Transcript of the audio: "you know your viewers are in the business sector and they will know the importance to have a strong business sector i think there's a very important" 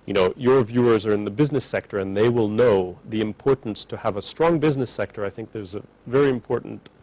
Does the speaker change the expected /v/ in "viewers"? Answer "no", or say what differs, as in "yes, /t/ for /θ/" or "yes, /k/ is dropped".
no